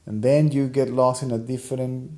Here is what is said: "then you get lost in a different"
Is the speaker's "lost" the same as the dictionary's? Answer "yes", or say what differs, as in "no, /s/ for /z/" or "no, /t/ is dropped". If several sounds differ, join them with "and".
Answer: no, /t/ is dropped